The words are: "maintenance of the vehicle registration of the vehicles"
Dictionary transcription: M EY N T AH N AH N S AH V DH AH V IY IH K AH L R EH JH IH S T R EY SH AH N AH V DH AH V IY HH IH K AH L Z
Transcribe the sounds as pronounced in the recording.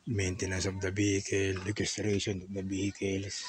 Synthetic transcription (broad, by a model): M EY N T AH N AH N S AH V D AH B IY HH K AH L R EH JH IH S T R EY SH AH N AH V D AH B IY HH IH K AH L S